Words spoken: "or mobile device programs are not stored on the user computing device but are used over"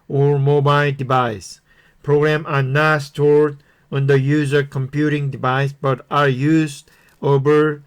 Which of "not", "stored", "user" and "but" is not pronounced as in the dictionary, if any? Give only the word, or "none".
none